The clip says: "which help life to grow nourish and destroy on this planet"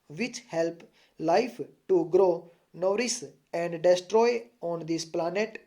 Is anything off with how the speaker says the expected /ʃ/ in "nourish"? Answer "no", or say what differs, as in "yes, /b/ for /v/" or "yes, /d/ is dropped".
yes, /s/ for /ʃ/